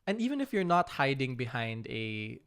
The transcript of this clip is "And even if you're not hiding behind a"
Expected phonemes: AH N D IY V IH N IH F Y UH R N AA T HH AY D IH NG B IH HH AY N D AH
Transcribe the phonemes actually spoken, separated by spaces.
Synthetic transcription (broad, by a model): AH N D IY V IH N IH F Y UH R N AA T HH AY D IH NG B IH HH AY N D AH